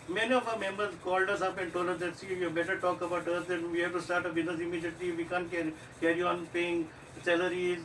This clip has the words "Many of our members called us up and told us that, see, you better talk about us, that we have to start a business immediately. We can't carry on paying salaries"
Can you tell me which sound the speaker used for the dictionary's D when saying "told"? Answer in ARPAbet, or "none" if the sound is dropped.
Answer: none